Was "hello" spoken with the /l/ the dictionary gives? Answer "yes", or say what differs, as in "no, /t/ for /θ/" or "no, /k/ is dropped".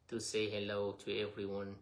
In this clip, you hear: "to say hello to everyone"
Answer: yes